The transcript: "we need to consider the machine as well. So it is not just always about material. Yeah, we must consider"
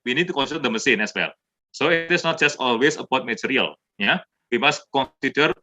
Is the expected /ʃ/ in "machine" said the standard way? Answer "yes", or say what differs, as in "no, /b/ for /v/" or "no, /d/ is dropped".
no, /s/ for /ʃ/